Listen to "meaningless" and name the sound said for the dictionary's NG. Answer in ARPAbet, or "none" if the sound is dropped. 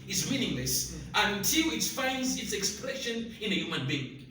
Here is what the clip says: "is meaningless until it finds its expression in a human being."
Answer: NG